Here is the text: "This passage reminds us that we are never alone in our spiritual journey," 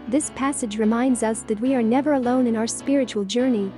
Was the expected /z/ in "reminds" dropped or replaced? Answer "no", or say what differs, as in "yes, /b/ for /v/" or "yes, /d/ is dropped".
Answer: no